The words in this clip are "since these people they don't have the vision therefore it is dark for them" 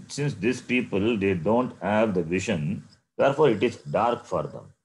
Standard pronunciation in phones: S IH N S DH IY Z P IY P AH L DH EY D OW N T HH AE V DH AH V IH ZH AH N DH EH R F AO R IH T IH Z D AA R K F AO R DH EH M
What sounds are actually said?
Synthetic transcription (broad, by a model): S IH N S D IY S P IY P AH L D EY D OW N T HH AE V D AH V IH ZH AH N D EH R F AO R IH T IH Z D AA R K F AO R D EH M